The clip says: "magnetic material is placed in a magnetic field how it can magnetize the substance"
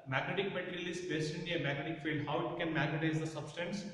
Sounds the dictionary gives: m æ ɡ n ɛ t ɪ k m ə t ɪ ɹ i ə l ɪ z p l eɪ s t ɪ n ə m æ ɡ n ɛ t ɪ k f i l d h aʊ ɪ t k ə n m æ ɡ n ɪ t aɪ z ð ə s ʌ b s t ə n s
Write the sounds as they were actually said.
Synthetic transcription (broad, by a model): m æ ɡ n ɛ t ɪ k m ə t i ɹ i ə l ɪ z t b eɪ s t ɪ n ə m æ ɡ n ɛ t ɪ k f i l d h aʊ ɪ t k ə n m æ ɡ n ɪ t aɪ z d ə s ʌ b s t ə n s